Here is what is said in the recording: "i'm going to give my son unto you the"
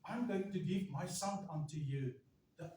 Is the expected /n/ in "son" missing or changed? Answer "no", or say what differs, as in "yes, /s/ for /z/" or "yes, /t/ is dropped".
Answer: yes, /l/ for /n/